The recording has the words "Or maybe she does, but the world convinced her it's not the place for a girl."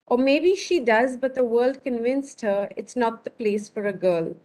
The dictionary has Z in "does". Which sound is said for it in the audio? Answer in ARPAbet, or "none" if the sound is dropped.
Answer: Z